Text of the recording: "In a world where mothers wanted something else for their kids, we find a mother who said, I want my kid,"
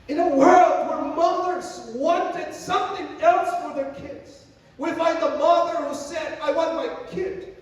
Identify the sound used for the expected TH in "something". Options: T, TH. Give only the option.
TH